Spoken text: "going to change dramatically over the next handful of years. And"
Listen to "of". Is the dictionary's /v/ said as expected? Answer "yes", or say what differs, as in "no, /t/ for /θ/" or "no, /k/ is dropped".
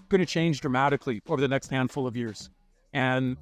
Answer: yes